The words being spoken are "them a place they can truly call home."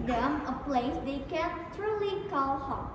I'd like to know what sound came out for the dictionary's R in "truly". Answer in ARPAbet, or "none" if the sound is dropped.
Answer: R